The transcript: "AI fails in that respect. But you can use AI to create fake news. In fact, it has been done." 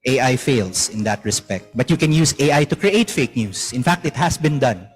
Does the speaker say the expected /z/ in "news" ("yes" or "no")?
no